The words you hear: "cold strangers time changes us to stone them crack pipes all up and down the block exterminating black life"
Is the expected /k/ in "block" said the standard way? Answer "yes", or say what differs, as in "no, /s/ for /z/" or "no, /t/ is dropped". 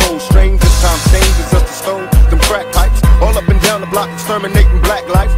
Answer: yes